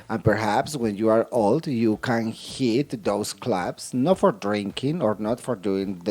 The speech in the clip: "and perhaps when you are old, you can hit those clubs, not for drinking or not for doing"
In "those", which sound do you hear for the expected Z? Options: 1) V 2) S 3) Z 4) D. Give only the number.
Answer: 2